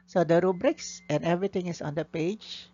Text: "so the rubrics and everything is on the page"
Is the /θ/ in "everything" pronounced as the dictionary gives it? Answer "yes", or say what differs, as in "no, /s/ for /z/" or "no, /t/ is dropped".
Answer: no, /t/ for /θ/